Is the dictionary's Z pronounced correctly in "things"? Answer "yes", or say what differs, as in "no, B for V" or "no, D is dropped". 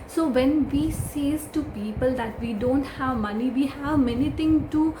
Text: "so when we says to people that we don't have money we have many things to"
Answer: no, Z is dropped